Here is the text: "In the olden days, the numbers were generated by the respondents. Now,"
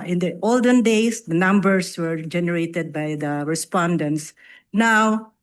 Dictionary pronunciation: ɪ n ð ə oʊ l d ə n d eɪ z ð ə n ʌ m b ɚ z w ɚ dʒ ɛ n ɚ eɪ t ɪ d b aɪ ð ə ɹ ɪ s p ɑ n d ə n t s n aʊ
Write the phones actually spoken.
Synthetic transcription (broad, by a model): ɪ n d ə oʊ l d ə n d eɪ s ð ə n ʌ m b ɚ s w ɚ dʒ ɛ n ɚ eɪ t ɪ d b aɪ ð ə ɹ ɪ s p ɑ n d ə n t s n aʊ